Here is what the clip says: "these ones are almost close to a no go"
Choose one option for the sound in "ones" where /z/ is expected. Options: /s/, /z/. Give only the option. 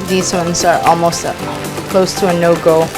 /z/